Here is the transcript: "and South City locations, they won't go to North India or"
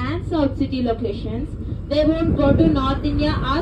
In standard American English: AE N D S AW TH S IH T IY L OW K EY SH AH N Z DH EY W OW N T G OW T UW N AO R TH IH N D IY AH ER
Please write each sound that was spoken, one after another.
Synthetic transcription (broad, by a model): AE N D S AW T S IH T IY L OW K EY SH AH N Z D EY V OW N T G OW T UW N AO R T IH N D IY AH